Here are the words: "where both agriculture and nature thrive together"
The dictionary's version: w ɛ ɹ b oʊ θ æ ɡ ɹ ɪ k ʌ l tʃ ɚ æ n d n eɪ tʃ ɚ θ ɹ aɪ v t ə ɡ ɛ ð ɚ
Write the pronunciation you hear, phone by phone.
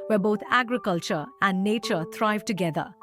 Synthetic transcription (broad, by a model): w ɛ b oʊ t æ ɡ ɹ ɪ k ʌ l tʃ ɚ æ n d n eɪ tʃ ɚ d ɹ aɪ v t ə ɡ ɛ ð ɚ